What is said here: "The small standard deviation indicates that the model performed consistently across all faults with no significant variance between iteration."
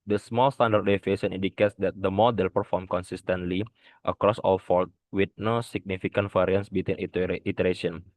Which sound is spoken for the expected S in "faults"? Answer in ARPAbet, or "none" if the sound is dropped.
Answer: none